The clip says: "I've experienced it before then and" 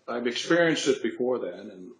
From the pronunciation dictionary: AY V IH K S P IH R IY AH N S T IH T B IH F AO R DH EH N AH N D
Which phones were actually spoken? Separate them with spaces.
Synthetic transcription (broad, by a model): AY V IH K S P IH R IY AH N S T IH T B IH F AO R DH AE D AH N